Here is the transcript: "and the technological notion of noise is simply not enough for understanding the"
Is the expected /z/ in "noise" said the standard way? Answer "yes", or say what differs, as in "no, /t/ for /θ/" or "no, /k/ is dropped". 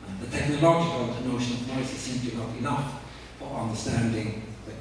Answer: no, /s/ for /z/